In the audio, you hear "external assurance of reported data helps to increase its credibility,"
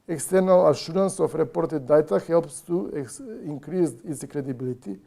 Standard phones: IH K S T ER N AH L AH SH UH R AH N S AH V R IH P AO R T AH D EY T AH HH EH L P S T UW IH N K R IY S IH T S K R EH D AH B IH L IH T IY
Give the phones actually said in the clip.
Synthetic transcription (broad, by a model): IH K S T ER N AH L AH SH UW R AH N S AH F R IH P AO R T AH D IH T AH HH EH L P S T UW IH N K R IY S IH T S K R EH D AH B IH L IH T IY